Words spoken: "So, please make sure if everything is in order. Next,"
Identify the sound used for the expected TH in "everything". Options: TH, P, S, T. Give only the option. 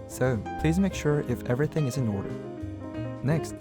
TH